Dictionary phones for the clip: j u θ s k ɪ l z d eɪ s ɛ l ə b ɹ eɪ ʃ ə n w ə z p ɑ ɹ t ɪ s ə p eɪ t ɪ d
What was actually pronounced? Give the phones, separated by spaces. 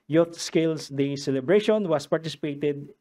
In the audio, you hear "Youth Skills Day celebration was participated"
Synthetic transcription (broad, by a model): j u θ s k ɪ l s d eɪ s ɛ l ə b ɹ eɪ ʃ ə n w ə s p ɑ ɹ t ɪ s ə p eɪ t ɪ d